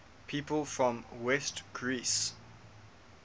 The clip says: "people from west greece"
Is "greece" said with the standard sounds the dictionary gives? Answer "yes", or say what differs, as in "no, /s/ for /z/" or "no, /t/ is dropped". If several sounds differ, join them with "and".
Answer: yes